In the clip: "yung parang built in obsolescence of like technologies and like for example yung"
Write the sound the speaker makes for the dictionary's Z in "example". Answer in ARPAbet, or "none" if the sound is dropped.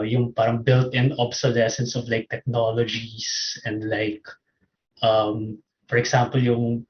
S